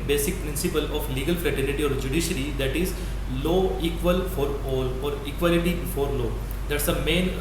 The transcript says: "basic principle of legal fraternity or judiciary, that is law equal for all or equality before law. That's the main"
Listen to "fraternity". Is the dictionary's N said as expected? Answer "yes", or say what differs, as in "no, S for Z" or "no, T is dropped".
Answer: no, L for N